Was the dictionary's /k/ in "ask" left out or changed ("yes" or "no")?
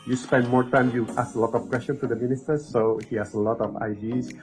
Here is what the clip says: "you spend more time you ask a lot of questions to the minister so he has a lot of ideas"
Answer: yes